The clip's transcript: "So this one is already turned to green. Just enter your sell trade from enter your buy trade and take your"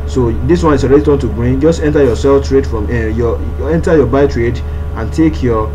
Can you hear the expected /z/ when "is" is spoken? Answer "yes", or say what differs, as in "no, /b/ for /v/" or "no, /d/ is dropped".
no, /s/ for /z/